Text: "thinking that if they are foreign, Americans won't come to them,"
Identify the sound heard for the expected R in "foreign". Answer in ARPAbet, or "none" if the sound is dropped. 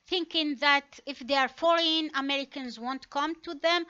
L